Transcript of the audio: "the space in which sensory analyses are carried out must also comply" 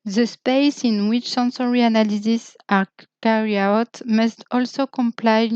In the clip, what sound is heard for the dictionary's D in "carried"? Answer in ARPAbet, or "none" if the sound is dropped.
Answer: none